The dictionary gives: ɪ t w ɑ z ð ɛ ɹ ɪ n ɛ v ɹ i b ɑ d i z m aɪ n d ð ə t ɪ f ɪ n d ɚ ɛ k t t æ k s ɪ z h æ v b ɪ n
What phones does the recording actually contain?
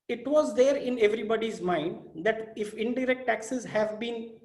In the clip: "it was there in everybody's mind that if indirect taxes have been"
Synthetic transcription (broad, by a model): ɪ t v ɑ z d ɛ ɹ ɪ n ɛ v ɹ i b ɑ d i z m aɪ n d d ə t ɪ f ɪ n d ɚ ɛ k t t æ k s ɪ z h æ v b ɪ n